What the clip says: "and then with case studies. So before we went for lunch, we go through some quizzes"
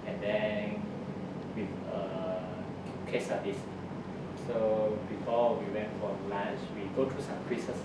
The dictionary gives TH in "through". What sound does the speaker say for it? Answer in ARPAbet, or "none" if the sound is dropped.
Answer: T